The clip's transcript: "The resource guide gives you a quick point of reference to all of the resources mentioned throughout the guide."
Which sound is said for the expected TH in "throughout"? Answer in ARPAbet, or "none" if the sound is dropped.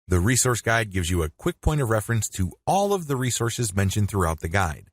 TH